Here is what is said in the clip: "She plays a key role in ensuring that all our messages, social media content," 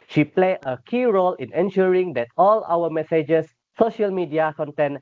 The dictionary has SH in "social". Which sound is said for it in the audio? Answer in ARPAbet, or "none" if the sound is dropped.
SH